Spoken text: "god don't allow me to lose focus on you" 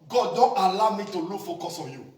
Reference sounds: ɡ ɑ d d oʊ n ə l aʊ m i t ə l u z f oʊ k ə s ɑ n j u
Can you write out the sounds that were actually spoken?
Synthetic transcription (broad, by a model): ɡ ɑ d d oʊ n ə l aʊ m i t ə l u f oʊ k ə s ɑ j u